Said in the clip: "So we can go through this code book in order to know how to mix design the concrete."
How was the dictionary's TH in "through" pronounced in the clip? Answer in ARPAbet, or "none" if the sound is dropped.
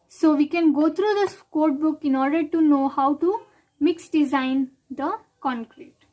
T